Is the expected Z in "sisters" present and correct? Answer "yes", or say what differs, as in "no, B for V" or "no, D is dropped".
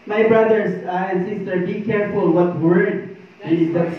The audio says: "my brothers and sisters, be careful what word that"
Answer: no, Z is dropped